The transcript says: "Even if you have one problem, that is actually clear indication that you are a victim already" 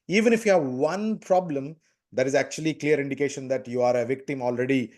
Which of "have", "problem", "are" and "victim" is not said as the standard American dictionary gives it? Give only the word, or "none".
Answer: none